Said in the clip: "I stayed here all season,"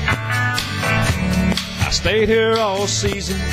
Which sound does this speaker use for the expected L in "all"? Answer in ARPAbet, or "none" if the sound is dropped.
L